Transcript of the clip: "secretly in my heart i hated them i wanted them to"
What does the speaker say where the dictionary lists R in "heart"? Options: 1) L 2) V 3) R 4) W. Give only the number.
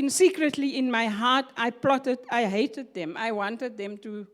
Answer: 1